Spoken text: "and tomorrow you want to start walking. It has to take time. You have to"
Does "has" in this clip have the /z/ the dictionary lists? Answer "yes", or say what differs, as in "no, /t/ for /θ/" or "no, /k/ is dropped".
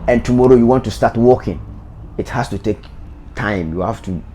no, /s/ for /z/